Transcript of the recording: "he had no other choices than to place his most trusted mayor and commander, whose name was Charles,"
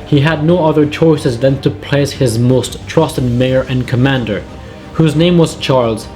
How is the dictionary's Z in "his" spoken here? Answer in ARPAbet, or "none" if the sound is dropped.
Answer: Z